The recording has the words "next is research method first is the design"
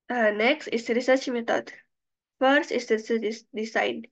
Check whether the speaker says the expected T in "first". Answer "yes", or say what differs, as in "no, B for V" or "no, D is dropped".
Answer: yes